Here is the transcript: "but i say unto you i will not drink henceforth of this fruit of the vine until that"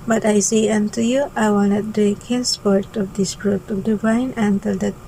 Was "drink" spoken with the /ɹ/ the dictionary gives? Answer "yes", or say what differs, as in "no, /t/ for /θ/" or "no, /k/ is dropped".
no, /ɹ/ is dropped